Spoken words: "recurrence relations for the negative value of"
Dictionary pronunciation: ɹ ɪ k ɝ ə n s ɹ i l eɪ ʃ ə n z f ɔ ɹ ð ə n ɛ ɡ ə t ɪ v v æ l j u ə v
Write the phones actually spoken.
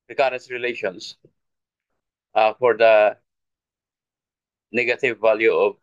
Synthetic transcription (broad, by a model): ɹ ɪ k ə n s ɹ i l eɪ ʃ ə n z f ɔ ɹ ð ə n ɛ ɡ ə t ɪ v v æ l j u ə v